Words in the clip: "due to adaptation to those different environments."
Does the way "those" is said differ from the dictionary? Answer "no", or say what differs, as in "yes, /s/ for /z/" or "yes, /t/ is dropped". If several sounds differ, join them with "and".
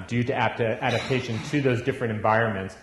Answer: no